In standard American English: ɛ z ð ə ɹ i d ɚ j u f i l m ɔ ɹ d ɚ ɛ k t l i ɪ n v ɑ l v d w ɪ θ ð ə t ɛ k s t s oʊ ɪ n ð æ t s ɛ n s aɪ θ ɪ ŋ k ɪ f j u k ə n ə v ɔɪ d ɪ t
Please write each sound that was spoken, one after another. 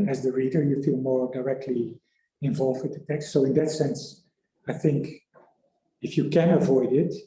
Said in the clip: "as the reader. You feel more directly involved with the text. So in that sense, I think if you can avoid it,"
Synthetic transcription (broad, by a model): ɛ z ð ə ɹ i d ɚ j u f i l m ɔ ɹ d ɚ ɛ k t l i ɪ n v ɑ l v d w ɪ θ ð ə t ɛ k s t s oʊ ɪ n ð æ t s ɛ n s aɪ θ ɪ ŋ k ɪ f j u k ə n ə v ɔɪ d ɪ t